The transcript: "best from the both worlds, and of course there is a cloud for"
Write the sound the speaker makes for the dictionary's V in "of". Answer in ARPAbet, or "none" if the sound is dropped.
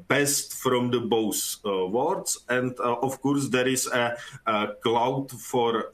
F